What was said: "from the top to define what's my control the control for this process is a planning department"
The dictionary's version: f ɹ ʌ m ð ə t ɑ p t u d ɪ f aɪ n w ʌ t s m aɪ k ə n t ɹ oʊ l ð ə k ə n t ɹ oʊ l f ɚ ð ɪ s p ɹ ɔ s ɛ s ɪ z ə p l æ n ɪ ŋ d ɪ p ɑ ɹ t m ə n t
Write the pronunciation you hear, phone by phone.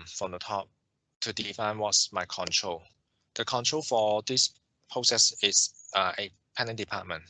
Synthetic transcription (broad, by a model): f ɹ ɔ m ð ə t ɑ p t u d ɪ f aɪ n w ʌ t s m aɪ k ə n t ɹ oʊ l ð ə k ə n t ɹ oʊ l f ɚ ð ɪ s p ɹ ɔ s ɛ s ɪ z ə p ɛ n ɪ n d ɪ p ɑ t m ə n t